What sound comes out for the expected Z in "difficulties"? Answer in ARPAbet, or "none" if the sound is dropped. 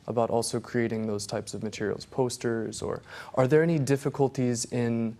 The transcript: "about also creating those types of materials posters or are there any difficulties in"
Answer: Z